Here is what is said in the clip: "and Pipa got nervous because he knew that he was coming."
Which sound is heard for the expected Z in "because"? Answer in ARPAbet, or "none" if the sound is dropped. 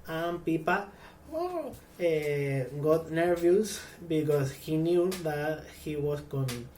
S